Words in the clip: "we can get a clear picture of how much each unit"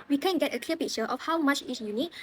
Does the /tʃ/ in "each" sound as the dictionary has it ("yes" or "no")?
no